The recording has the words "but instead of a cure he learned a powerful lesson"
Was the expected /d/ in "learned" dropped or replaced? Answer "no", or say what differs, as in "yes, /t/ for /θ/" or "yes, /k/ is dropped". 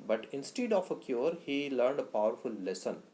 no